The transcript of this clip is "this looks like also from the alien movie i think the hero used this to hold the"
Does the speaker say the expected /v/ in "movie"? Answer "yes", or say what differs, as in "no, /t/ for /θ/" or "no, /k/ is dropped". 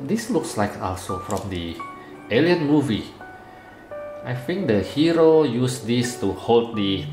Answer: yes